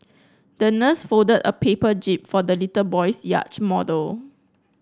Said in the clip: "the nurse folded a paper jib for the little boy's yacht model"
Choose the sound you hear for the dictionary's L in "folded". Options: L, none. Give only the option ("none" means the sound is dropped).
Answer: none